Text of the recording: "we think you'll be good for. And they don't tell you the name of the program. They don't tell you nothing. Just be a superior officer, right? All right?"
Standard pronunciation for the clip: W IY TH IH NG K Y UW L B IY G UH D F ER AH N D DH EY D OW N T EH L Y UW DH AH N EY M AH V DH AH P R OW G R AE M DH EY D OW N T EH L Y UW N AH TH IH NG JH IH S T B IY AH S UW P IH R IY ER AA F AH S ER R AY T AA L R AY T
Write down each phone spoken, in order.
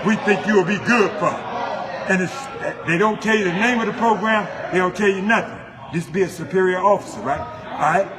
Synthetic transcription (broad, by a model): W IY TH IH NG K Y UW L B IY G UH D F ER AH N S DH EY D OW N T EH L Y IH DH AH N EY M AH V DH AH P R OW G R AE M DH EY D OW N T EH L Y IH N AH TH IH NG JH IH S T B IY AH S UW P IH R IY ER AA F AH S ER R AY T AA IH